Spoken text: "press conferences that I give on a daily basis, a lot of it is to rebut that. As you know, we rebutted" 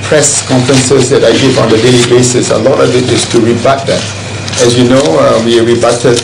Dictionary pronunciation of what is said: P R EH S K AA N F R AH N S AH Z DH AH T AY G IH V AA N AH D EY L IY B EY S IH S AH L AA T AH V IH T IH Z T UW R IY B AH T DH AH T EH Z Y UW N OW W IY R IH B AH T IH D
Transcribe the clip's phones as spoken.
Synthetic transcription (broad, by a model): P R EH S K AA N F R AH N S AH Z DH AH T AY G IH V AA N AH D EY L IY B EY S IH S AH L AA T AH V IH T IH S T UW R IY B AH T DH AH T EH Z Y UW N OW W IY R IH B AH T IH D